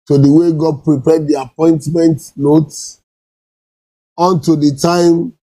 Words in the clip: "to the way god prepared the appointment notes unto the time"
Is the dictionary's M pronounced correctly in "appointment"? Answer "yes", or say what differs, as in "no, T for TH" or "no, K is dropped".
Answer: yes